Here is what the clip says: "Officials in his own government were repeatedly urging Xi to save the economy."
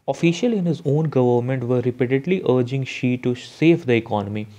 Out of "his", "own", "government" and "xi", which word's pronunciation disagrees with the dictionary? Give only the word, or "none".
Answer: none